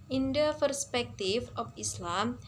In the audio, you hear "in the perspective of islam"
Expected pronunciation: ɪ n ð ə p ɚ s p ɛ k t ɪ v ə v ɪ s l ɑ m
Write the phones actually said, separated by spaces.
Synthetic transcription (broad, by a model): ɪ n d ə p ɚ s p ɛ k t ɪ f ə f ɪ s l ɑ m